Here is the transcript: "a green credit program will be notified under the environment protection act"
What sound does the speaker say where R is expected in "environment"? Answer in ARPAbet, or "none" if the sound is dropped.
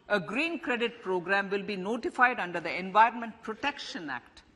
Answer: R